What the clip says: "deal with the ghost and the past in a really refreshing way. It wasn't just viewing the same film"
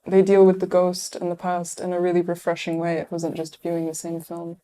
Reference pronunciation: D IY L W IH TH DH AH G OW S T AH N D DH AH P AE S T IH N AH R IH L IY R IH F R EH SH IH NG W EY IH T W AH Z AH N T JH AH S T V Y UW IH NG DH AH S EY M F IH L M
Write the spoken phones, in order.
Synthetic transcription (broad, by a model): D IY L W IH DH AH G OW S T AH N DH AH P AE S T IH N AH R IH L IY R IH F R EH SH IH NG W EY IH T W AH Z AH N JH AH S T V Y UW IH NG DH AH S EY M F IH L M